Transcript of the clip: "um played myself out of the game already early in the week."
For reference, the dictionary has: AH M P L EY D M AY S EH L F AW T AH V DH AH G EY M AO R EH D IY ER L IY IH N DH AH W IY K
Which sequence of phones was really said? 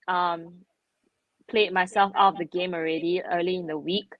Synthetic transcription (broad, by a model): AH M P L EY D M AY S EH L F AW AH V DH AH G EY M AO R EH D IY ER L IY IH N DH AH W IY K